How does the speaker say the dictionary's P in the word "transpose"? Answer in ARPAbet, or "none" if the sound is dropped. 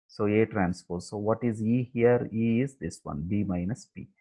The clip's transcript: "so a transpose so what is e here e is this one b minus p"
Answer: F